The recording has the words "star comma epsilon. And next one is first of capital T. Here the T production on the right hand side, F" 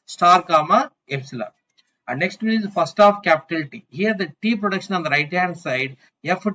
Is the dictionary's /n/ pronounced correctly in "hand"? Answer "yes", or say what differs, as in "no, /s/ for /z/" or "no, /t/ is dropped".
no, /n/ is dropped